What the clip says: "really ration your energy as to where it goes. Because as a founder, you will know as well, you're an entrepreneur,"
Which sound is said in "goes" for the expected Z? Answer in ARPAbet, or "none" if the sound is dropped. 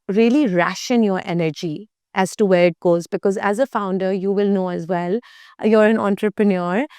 Z